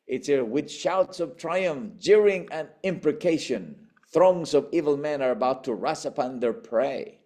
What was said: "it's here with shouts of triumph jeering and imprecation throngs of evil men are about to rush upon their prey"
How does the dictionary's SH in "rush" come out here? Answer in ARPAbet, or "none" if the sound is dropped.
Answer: S